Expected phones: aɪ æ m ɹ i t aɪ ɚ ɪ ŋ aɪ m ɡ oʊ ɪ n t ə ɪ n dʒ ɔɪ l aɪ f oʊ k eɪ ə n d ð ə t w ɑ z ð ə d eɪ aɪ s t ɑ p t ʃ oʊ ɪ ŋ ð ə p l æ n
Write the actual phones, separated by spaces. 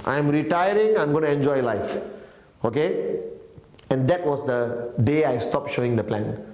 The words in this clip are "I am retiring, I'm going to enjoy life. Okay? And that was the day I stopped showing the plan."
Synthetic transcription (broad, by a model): aɪ m ɹ i t aɪ ɚ ɪ ŋ aɪ m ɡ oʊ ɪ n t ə n dʒ ɔɪ l aɪ f oʊ k eɪ ə n d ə t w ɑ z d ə d eɪ aɪ s t ɑ p t ʃ oʊ ɪ ŋ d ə p l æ n